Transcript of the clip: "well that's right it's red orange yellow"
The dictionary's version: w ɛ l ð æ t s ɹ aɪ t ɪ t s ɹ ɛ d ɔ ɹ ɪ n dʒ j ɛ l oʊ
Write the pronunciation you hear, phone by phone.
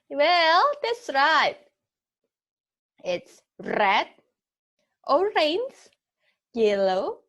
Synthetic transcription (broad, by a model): w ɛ l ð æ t s ɹ aɪ t ɪ t s ɹ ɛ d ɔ ɹ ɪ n z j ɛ l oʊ